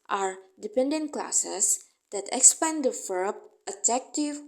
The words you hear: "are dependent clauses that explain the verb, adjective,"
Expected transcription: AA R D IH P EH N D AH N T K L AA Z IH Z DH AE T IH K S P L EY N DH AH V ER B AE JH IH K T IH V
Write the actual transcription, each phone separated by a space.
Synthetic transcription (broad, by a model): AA R D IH P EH N D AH N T K L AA S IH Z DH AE T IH K S P EY N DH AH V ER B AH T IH K T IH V